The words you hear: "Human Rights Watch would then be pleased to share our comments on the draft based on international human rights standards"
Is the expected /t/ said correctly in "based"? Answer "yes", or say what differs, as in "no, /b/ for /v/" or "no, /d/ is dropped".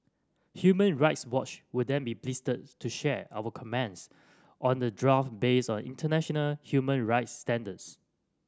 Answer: no, /t/ is dropped